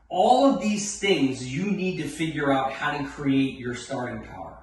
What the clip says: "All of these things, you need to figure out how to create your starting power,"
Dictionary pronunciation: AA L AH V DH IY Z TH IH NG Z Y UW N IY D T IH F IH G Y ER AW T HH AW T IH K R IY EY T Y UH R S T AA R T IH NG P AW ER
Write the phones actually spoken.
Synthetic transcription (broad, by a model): AA L AH V DH IY Z TH IH NG Z Y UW N IY D T IH F IH G Y ER AW T HH AW T IH K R IY EY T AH R S T AA R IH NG P AW ER